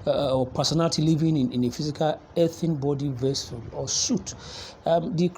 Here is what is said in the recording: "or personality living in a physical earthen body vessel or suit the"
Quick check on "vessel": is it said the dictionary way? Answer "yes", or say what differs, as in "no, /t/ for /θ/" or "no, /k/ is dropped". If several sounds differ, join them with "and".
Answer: yes